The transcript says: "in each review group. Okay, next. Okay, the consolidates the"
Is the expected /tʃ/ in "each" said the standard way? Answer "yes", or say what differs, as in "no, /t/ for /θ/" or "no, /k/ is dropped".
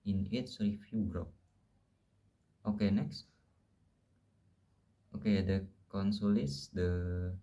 no, /s/ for /tʃ/